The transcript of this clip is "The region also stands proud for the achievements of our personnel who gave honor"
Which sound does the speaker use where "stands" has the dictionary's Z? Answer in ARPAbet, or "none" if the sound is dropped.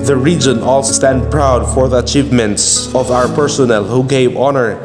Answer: none